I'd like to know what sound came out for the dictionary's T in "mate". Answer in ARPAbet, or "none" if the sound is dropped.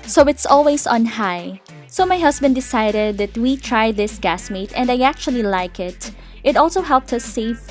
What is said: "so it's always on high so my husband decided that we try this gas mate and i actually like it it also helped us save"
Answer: T